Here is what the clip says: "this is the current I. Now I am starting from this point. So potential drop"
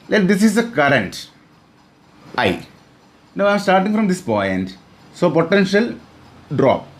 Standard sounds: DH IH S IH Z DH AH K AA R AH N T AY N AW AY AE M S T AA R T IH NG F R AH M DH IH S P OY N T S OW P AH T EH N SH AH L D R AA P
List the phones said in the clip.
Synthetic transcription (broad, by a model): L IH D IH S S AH K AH R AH N T AY N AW AY M S T AA R T IH NG F R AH M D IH S P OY N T S OW P AH T EH N SH AH L D R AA P